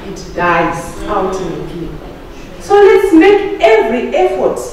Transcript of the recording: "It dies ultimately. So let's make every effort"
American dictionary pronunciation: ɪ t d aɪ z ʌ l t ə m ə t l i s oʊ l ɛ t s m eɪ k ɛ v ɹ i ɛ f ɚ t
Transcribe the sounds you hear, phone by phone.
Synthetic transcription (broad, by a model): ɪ t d aɪ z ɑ w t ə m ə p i s oʊ l ɛ t s m eɪ k ɛ v ɹ i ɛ f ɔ t